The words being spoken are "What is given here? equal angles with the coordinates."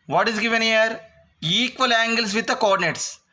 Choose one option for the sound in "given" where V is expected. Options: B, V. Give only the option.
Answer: V